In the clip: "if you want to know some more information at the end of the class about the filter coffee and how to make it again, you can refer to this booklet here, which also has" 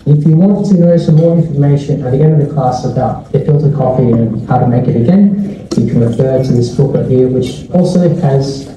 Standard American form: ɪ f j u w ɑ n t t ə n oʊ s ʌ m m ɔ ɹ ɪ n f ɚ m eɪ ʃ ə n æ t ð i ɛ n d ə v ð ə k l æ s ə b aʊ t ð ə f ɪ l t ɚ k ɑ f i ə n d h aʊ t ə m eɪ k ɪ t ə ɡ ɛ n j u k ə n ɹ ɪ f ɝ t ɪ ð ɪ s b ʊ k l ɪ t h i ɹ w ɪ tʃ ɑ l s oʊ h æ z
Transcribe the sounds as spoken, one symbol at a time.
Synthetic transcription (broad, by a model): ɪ f j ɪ w ɑ n t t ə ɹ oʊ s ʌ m m ɔ ɹ ɪ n f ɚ m eɪ ʃ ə n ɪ t ð i ɛ n d ə v ð ə k l æ s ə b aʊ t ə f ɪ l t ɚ k ɑ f i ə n h aʊ t ə m eɪ k ɪ t ə ɡ ɛ n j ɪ k ə n ɹ ɪ f ɝ t ɪ ð ɪ s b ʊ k ɪ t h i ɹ w ɪ tʃ ɑ l s oʊ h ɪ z